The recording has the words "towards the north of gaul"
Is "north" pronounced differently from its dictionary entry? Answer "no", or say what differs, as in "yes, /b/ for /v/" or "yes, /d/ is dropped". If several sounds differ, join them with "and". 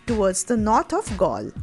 yes, /t/ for /θ/